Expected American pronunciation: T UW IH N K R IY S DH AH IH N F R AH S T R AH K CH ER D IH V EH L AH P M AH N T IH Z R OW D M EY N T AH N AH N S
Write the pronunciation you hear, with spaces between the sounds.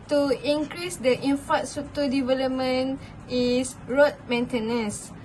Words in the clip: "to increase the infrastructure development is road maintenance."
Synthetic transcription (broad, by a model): T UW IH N K R IY S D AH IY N F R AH T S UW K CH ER D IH V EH L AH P M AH N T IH S R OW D M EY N T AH N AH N S